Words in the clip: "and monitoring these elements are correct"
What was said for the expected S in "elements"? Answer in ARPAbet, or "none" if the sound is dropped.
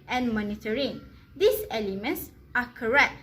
S